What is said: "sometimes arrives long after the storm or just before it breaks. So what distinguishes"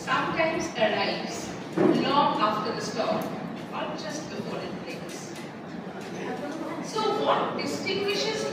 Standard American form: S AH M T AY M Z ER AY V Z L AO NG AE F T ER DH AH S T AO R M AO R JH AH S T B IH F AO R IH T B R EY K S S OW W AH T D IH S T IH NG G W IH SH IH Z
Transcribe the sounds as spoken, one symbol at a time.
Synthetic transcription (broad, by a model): S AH M T AY M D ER AY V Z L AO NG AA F T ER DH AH S T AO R AO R JH AH S T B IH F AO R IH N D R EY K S S OW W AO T D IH S T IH NG G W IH SH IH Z